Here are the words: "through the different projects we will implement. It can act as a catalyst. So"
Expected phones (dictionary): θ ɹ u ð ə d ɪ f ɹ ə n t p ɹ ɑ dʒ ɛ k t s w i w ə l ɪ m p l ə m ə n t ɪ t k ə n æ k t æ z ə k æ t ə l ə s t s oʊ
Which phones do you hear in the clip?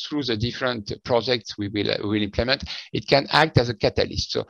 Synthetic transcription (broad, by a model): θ ɹ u ð ə d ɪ f ɹ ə n t p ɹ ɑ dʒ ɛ k t s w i w ə l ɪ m p l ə m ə n t ɪ t k ə n æ k t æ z ə k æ t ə l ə s t s oʊ